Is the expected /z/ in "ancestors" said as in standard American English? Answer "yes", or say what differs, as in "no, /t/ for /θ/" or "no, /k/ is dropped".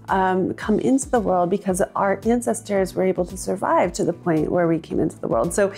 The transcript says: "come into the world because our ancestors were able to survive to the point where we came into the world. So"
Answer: yes